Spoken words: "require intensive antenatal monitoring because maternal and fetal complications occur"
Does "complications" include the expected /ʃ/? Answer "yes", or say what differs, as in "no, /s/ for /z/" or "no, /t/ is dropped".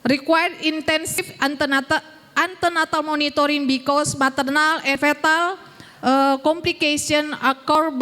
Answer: no, /s/ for /ʃ/